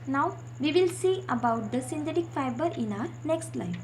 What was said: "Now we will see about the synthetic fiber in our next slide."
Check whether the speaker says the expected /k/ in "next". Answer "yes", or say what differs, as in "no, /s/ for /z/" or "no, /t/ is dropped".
yes